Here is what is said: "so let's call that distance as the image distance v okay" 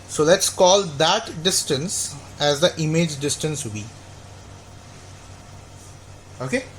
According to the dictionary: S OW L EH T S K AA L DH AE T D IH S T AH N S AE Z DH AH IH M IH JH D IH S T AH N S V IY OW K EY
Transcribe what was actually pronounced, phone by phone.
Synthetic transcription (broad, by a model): S OW L EH T S K AA L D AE T D IH S T AH N S AE Z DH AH IH M IH JH D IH S T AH N S B IY OW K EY